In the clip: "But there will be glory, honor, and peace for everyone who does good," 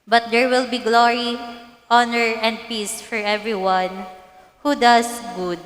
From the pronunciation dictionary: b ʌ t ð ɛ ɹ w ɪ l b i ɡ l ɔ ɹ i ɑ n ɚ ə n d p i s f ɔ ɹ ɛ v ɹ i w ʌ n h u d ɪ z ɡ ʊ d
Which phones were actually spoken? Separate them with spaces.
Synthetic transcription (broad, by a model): b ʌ t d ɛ ɹ w ɪ l b i ɡ l ɔ ɹ i ɑ n ɚ ə n d p i s f ɔ ɹ ɛ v ɹ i w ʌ n h u d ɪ s ɡ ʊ d